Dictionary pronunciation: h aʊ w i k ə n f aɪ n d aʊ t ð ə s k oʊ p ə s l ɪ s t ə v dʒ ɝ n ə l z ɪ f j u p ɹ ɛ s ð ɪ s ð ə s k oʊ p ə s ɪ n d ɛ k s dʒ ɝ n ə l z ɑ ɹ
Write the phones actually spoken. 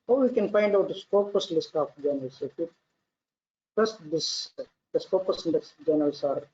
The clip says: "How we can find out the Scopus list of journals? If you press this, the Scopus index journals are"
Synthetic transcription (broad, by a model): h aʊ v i k ə n f aɪ n d aʊ t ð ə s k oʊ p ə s l ɪ s t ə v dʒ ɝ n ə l s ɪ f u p ʌ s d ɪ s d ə s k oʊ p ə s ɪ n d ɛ s dʒ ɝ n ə l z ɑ ɹ